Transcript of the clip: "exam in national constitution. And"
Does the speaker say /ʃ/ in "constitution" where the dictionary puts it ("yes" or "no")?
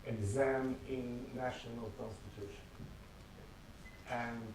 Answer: yes